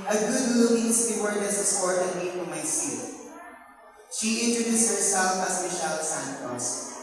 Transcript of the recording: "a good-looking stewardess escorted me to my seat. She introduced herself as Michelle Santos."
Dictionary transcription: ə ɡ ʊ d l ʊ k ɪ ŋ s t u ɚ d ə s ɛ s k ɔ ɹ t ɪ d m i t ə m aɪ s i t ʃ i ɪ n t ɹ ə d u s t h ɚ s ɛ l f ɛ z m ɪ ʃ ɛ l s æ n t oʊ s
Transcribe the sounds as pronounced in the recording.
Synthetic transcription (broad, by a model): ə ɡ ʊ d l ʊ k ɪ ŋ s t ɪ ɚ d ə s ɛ s ɔ ɹ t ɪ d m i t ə m aɪ s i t ʃ i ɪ n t ɹ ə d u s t h ɚ s ɛ l f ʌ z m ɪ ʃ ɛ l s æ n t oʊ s